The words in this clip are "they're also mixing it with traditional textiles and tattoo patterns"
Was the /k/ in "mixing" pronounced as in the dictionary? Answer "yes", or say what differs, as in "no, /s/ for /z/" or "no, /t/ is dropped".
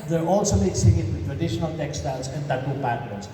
no, /k/ is dropped